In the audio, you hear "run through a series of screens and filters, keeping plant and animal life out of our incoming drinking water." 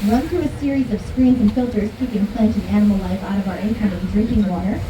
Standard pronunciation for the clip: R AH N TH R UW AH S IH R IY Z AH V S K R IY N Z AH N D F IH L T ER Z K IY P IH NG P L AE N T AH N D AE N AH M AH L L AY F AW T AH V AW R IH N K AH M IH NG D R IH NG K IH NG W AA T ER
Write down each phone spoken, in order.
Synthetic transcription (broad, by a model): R AH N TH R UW AH S IH R IY Z AH V S K R IY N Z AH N F IH L T ER Z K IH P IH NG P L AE N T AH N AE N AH M L L AY F AW T AH V AW R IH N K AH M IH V D R IH NG K IH NG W AA T ER